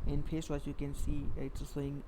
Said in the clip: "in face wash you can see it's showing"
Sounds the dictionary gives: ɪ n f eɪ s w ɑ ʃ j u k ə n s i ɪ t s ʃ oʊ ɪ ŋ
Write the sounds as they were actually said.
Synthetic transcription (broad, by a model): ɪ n p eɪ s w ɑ s j u k ə n s i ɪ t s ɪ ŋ